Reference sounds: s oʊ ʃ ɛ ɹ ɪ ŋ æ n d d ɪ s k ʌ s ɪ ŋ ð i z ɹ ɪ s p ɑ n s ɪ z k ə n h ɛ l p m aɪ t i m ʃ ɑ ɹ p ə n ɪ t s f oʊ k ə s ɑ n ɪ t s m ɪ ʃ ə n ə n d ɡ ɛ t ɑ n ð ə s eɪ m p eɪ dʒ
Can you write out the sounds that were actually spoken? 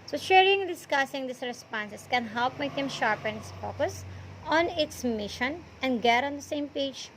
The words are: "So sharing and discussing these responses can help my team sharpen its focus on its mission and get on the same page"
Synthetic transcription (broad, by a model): s oʊ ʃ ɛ ɹ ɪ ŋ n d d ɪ s k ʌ s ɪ ŋ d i s ɹ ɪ s p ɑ n s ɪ s k ə n h ɛ l p m aɪ t i m ʃ ɑ ɹ p ə n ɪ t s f oʊ k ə s ɑ n ɪ t s m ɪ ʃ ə n ə n d ɡ ɛ t ɑ n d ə s eɪ m p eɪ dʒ